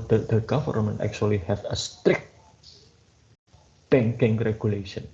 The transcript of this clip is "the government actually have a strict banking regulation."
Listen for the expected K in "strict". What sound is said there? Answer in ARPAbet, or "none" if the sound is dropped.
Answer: K